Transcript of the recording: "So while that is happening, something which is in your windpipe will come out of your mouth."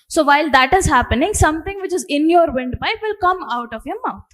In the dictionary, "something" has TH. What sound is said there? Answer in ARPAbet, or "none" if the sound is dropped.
T